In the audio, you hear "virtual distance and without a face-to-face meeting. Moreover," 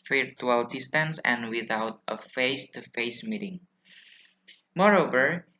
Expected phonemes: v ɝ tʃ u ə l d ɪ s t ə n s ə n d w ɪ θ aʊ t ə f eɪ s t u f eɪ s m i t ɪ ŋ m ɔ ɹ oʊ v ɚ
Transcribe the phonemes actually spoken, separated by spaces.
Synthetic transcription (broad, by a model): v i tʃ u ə l d ɪ s t ə n s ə n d w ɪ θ aʊ t ə f eɪ s t u f eɪ s m i t ɪ ŋ m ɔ ɹ oʊ v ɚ